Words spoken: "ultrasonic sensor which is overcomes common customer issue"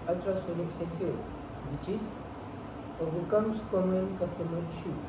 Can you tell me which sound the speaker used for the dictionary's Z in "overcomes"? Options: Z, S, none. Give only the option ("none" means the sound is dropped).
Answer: S